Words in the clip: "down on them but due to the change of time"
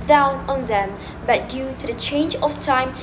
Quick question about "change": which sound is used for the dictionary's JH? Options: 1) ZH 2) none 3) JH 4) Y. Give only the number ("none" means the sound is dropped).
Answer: 3